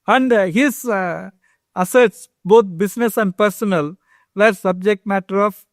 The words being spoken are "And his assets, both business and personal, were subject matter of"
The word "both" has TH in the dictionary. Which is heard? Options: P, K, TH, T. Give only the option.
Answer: T